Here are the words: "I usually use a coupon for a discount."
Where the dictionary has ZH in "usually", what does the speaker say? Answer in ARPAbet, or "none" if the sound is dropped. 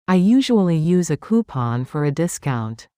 ZH